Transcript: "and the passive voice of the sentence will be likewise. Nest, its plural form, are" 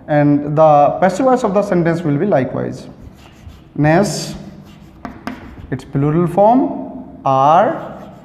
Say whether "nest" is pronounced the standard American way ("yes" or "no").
no